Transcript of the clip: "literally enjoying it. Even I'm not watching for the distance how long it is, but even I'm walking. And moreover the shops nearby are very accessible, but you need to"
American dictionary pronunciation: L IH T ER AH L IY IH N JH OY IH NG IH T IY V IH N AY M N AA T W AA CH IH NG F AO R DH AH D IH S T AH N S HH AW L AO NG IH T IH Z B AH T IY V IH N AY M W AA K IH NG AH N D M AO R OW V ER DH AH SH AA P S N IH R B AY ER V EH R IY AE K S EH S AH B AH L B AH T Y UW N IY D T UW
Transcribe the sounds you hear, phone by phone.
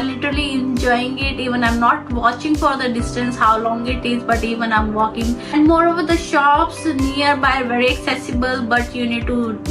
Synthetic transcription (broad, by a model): L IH T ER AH L IY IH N JH OY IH NG IH T IY V IH N AY M N AA T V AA CH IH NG F AO R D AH D IH S T AH N S HH AW L AO NG IH T IH Z B AH T IY V IH N AY M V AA K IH NG AH N D M AO R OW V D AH SH AA P S N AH R B AY V EH R IY AE K S EH S AH B AH L B AH T Y UW N IY D T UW